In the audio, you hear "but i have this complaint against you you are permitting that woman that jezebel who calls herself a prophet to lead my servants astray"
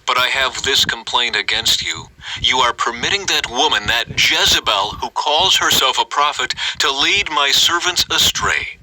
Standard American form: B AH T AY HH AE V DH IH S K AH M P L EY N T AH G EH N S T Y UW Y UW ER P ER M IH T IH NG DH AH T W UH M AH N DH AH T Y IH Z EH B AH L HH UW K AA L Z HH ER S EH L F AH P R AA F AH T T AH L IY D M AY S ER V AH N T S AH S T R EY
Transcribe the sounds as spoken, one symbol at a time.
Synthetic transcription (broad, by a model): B AH T AY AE V DH IH S K AH M P L EY N T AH G EH N S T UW Y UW ER P ER M IH T IH NG DH AH T W UH M AH N DH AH T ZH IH Z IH B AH L HH UW K AA L Z HH ER S EH L F AH P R AA F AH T T AH L IY D M AY S ER V AH N T S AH S T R EY